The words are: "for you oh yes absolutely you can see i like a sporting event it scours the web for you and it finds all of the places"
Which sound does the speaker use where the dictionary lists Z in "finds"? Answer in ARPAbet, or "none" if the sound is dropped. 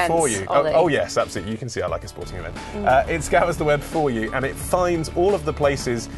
Z